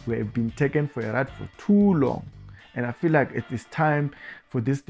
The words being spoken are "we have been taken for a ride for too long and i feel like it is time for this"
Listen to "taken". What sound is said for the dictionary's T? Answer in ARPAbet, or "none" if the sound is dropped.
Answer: T